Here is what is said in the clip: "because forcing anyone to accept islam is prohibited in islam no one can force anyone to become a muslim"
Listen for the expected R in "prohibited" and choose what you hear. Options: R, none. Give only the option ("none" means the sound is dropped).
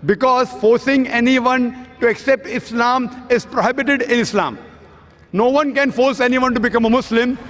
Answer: R